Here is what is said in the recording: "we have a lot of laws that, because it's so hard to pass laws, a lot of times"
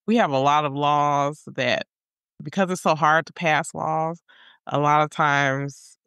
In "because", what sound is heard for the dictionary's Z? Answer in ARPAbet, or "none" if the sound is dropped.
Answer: Z